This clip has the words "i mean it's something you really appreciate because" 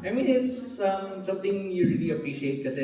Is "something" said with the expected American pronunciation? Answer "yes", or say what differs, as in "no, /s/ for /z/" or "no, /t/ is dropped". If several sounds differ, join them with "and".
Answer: no, /t/ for /θ/